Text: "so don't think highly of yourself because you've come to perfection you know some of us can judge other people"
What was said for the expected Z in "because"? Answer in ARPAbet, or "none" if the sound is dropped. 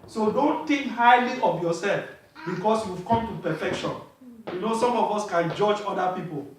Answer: S